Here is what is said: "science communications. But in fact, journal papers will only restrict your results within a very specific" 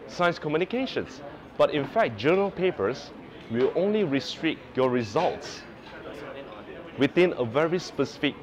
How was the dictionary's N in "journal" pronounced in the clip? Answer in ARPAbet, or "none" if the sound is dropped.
none